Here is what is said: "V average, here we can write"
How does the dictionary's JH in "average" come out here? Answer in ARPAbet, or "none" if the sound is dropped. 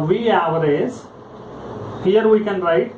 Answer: Z